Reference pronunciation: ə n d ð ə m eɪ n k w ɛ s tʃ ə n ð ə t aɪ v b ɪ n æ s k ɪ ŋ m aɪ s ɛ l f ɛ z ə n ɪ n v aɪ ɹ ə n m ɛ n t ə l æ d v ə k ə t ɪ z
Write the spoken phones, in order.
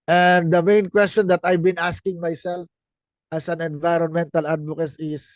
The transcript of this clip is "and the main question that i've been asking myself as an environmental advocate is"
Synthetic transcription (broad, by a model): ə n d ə m eɪ n k w ɛ s tʃ ə n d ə t aɪ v b ɪ n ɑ s k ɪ ŋ m aɪ s ɛ l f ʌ s ə n ɪ n v aɪ ɹ ə n m ɛ n t ə l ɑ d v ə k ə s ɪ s